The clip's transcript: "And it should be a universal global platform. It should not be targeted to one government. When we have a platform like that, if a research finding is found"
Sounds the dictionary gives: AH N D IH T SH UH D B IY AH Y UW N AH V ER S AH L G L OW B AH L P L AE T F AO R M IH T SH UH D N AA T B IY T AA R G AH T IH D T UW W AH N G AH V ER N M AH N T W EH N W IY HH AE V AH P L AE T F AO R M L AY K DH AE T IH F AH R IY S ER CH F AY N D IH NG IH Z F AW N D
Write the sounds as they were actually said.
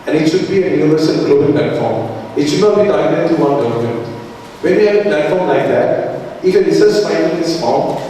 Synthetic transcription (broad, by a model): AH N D IH T SH UH D B IY AH Y UW N AH V ER S AH L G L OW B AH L P L AE T F AO R M IH T SH UH D N AA T B IY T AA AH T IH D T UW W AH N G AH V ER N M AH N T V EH N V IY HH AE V AH P L AE T F AO R M L AY K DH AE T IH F AH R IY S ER S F AY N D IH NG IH S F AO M